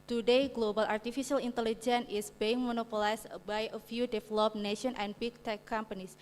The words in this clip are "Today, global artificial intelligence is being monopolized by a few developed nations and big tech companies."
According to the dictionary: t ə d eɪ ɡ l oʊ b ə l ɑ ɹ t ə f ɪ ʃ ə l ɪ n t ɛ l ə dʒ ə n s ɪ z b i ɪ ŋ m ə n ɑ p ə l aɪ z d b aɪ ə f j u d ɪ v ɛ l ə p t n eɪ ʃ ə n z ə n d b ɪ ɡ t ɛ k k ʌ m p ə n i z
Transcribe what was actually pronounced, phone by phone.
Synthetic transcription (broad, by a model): t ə d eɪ ɡ l oʊ b ə l ɑ ɹ t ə f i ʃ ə l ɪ n t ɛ l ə dʒ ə n ɪ s b i ɪ ŋ m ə n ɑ p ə l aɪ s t b aɪ ə f j u d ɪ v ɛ l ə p n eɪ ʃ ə n ə n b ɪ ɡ t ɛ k k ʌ m p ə n i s